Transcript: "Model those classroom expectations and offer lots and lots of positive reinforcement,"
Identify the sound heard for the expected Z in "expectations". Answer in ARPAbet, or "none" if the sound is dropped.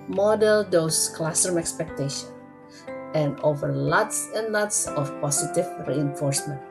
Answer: none